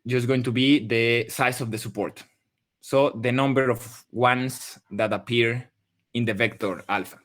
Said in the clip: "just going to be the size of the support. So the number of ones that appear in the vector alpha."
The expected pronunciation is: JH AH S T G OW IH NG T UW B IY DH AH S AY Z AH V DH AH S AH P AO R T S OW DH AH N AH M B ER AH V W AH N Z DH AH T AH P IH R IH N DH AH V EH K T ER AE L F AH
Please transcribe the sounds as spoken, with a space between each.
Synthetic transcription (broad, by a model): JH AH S G OW IH NG T UW B IY DH AH S AY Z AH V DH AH S AH P AO R T S OW DH AH N AH M B ER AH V W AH N S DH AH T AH P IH R IH N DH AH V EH K T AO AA L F